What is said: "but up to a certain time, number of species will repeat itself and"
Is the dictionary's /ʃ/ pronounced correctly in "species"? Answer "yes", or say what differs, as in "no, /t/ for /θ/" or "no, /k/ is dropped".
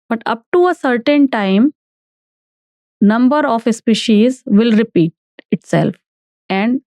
yes